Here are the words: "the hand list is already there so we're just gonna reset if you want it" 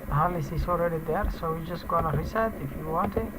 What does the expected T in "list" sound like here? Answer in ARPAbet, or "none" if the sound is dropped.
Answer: none